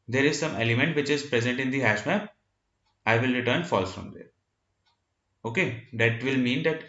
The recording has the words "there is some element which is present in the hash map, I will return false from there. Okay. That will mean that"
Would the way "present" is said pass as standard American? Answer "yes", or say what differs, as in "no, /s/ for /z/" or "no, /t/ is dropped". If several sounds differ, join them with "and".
yes